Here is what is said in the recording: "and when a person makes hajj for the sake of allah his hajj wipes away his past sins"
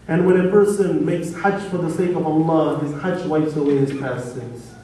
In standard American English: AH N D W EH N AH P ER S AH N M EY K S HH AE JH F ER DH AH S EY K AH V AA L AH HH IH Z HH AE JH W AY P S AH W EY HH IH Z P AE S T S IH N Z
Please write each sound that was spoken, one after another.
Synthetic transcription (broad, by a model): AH N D W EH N AH P ER S AH N M EY K S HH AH CH F ER DH AH S EY K AH V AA L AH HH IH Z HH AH CH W AY F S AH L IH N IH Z P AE S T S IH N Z